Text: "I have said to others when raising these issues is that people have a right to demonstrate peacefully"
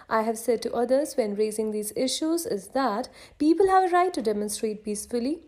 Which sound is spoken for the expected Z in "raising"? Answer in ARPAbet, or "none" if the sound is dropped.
Z